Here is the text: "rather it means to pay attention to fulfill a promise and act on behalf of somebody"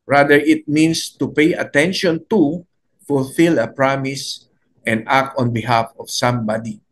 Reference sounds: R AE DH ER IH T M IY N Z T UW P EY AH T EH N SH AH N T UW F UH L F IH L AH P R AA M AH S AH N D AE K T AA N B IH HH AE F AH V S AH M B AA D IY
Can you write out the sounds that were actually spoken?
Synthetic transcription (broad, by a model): R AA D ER IH T M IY N S T UW P EY AH T EH N SH AH N T UW F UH L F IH L AH P R AA M AH S AH N D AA K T AA N B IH HH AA F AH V S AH M B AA D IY